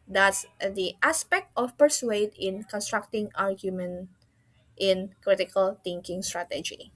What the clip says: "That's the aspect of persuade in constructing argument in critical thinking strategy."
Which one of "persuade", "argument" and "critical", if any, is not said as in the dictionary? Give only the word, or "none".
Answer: none